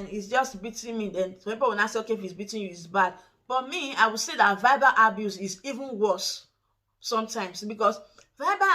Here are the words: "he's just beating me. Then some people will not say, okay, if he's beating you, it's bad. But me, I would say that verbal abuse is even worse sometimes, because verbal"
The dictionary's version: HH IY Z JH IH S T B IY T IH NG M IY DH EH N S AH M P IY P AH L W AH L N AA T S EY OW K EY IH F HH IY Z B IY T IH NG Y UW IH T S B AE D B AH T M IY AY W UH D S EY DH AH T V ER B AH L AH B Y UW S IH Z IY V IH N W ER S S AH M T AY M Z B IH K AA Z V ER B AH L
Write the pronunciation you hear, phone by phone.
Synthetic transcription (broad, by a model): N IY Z JH IH S T B IY T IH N M IY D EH N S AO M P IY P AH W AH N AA S EY OW K EY IH F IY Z B IY T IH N Y UW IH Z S B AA D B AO T M IY AY W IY S EY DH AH T V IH B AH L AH B Y UW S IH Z IY V IH N W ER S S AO M T AY M S B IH K AA S V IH B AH